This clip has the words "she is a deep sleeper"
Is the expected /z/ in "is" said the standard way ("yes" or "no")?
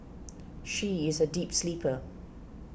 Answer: yes